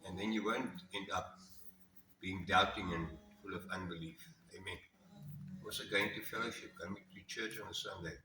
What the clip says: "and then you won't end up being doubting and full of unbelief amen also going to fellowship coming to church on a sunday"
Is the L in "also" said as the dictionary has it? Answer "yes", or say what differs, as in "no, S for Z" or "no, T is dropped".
no, L is dropped